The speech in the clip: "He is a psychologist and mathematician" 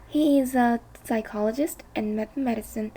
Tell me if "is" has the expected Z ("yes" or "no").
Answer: yes